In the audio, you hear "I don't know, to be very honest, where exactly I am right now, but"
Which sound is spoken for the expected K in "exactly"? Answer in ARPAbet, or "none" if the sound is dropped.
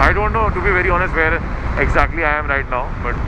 K